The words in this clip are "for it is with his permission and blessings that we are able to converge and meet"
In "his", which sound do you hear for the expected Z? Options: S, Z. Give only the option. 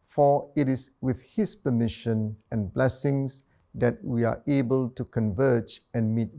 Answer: S